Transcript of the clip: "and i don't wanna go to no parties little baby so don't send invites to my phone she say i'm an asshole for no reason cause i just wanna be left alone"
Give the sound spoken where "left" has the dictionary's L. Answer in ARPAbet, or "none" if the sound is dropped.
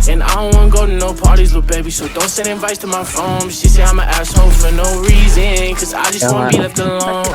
N